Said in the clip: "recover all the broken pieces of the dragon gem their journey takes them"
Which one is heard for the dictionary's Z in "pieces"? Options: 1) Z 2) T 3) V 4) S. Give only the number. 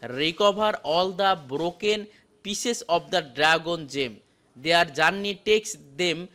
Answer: 4